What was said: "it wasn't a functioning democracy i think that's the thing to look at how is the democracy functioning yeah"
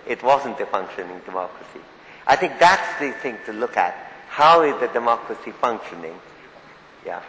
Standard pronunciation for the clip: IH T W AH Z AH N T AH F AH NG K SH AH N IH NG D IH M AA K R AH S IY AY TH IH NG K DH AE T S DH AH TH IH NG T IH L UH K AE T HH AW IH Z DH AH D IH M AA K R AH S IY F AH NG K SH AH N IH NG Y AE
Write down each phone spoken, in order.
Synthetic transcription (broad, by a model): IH T W AH Z AH N T AH F AH NG K SH AH N IH NG D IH M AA K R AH S IY AY TH IH NG K DH AE T S DH AH TH IH NG T IH L UH K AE T HH AW IH Z DH AH D IH M AA K R AH S IY F AH NG K SH AH N IH NG Y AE